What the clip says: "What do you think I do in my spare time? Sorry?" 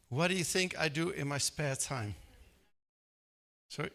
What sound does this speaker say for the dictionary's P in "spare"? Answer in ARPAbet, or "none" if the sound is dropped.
P